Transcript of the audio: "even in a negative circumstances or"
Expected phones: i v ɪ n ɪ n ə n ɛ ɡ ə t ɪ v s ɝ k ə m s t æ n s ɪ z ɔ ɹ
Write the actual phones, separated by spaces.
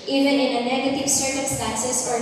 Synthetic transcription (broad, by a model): i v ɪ n ɪ n ə n ɛ ɡ ə t ɪ v s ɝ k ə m s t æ n s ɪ s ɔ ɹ